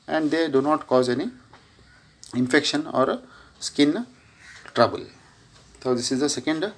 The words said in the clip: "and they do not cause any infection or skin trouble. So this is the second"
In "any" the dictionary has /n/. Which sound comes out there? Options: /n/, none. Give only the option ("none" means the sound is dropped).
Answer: /n/